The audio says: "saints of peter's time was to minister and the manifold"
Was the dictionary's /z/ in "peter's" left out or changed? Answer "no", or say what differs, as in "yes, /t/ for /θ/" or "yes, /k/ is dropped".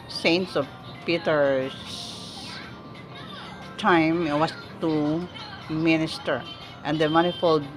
yes, /s/ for /z/